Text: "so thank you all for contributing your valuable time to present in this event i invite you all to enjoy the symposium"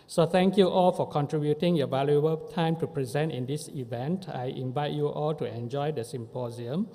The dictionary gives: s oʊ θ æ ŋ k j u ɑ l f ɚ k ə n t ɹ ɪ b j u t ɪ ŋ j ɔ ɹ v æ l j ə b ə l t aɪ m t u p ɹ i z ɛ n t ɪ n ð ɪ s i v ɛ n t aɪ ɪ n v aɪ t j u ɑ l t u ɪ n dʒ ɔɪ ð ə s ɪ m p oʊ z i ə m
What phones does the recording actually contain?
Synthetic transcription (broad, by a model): s oʊ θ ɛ ŋ k j u ɑ l f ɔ k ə n t ɹ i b j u t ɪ ŋ j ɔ v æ l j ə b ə l t aɪ m t u p ɹ i z ɛ n t ɪ n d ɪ s i v ɛ n t aɪ ɪ n v aɪ t j u ɑ l t u ɪ n dʒ ɔɪ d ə s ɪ m p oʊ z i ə m